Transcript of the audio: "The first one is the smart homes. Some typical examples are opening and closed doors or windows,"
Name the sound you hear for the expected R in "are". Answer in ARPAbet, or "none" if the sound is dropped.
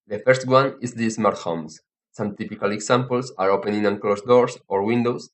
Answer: R